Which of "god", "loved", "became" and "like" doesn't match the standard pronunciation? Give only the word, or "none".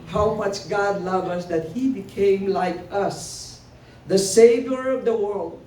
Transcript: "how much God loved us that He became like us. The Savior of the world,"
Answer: loved